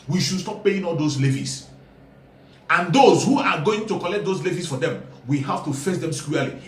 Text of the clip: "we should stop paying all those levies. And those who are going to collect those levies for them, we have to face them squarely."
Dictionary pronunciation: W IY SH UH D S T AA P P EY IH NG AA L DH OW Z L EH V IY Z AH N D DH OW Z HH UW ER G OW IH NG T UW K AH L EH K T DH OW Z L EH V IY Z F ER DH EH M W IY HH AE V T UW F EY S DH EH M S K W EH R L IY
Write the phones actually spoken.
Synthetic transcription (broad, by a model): W IY SH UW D S T AA P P EY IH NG AA L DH OW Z L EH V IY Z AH N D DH OW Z HH UW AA G OW IH NG T UW K AH L EH K T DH OW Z L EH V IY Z F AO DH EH M W IY HH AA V T UW F EY S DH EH M S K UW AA L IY